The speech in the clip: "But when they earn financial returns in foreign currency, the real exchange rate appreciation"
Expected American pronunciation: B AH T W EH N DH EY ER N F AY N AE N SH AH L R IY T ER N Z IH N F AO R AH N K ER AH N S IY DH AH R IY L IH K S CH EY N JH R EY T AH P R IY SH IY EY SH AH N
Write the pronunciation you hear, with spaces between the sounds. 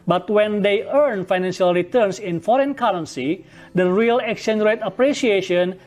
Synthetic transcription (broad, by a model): B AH T W EH N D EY ER N F AY N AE N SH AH L R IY T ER N S IH N F AO R AH N K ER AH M S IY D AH R IY L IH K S EY N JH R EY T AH P R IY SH IY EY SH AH N